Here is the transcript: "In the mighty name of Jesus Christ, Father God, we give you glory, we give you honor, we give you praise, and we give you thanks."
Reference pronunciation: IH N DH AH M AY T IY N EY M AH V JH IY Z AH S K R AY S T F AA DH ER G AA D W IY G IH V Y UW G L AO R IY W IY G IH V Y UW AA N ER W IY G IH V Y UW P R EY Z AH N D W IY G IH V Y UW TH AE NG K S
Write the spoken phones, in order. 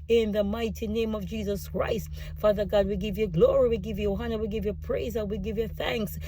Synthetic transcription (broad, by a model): IH N DH AH M AY T IY N EY M AH V JH IY Z AH S K R AY S T F AA DH ER G AA D W IY G IH V Y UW G L AO R IY W IY G IH V Y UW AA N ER W IY G IH V Y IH P R EY Z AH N W IY G IH V Y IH TH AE NG K S